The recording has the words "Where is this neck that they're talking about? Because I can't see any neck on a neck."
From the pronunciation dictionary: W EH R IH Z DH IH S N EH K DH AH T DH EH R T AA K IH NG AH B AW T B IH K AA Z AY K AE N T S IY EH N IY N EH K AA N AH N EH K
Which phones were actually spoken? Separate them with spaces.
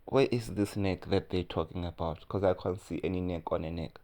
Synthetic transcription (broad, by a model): W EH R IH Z DH IH S N EH K DH AH T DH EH T AA K IH NG AH B AW T K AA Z AY K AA N T S IY EH N IY N EH K AA N AH N EH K